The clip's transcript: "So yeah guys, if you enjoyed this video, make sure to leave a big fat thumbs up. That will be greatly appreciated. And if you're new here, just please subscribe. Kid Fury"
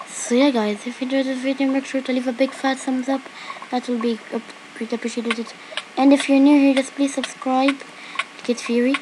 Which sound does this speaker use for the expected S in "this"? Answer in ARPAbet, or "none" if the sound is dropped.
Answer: none